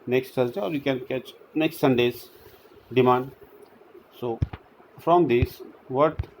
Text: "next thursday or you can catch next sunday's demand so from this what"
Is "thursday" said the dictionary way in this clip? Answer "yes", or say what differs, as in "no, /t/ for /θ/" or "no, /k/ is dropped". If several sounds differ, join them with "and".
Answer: no, /s/ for /θ/